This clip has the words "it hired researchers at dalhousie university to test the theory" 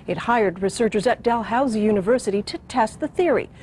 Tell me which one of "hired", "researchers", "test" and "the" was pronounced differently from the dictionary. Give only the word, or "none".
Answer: none